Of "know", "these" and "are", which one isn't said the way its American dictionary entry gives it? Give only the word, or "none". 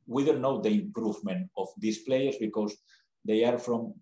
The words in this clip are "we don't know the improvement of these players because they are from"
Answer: these